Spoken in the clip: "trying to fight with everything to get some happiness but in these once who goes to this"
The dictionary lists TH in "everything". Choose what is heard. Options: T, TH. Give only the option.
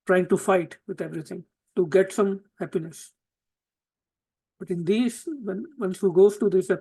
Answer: T